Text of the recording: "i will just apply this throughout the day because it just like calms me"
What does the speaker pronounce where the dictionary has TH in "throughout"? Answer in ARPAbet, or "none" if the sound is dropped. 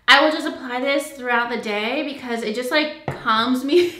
TH